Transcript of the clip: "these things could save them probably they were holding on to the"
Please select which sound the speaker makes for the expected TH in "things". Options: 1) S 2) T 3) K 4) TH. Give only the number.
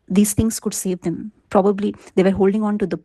2